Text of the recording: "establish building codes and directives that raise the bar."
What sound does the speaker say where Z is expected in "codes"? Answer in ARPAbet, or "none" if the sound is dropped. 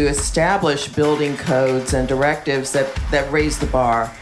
Z